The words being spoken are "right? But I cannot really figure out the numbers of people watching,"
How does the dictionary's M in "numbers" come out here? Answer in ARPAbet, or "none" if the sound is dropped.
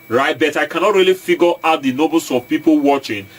none